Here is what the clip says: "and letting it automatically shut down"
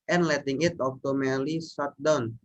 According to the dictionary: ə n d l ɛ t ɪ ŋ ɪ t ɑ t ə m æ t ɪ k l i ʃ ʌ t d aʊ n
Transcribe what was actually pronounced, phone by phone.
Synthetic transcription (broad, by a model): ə n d l ɛ t ɪ ŋ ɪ t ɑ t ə m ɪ l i s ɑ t d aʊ n